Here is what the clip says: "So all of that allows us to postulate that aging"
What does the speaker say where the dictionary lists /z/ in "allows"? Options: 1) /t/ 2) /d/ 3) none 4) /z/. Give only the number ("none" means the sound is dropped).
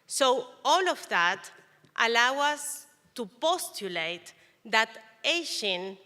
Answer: 3